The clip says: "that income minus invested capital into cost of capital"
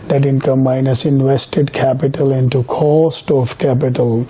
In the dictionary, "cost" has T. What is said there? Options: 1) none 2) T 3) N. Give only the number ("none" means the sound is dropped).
2